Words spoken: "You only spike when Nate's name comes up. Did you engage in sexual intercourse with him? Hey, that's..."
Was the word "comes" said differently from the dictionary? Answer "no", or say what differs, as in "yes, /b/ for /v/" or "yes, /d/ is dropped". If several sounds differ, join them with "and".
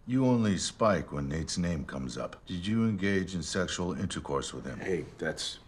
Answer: no